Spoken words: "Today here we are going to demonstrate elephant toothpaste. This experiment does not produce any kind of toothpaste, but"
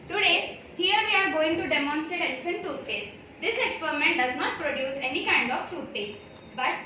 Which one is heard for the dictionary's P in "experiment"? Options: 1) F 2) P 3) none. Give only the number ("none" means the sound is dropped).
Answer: 2